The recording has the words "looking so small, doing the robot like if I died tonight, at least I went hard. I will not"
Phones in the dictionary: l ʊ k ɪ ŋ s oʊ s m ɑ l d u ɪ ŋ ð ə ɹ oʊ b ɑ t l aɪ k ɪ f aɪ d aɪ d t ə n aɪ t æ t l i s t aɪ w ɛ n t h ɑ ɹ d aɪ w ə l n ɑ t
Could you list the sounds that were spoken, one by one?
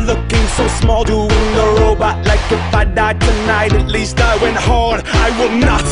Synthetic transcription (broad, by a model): l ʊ k ɪ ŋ s oʊ s m ɑ l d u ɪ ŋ ð ə ɹ oʊ b ɑ t l aɪ k ɪ f aɪ d aɪ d t ə n aɪ t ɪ t l i s t aɪ w ɛ n t h ɑ ɹ d aɪ w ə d n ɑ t